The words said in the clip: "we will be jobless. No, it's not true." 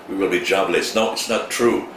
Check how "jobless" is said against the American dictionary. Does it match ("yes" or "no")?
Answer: yes